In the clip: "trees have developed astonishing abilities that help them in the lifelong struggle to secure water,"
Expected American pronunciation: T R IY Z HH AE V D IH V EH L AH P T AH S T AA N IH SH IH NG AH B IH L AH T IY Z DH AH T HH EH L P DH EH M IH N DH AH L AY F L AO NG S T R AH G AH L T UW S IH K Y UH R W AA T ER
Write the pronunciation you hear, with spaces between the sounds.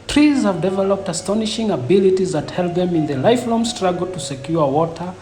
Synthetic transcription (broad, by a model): T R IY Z HH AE V D IH V EH L AH P T AH S T AA N IH SH IH NG AH B IH L AH T IY Z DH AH T HH EH L P DH EH M IH N DH AH L AY F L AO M S T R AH G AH L T UW S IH K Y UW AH W AA T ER